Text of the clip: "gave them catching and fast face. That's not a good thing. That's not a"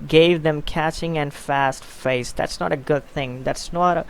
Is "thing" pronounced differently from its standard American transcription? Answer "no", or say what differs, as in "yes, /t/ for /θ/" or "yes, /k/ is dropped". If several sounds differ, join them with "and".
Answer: no